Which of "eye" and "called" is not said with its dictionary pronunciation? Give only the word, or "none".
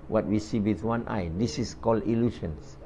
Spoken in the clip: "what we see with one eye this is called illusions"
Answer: called